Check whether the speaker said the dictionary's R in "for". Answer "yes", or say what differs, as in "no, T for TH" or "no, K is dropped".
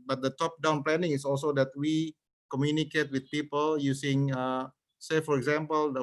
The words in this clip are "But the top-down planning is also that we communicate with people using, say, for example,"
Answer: yes